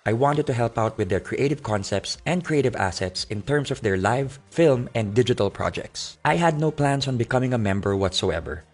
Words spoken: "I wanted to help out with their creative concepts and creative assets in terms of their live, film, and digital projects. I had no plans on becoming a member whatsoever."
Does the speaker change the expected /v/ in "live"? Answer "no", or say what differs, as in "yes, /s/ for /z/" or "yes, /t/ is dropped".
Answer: no